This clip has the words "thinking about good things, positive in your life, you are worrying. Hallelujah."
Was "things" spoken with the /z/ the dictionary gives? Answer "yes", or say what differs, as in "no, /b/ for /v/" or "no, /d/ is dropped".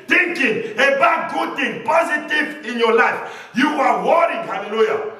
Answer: no, /z/ is dropped